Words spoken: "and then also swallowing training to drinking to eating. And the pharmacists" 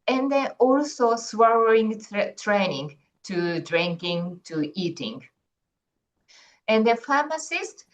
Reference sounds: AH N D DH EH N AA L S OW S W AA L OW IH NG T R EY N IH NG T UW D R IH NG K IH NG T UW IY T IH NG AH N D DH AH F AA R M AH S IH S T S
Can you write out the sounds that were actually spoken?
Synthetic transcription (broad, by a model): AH N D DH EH AA L S OW S W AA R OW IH NG T R EY N IH NG T UW D R IH NG K IH NG T UW IY T IH NG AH N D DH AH F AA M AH S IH S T